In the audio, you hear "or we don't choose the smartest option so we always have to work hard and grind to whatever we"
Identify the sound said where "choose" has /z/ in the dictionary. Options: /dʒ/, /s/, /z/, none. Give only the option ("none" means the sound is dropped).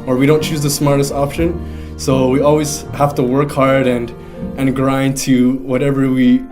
/z/